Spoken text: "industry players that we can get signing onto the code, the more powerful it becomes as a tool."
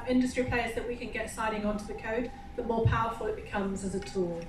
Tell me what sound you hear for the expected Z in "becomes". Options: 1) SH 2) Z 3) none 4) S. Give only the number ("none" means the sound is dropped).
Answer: 2